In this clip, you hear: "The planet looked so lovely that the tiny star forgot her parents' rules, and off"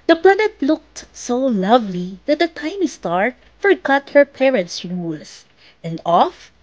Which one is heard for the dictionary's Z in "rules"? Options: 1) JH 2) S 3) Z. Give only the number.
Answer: 2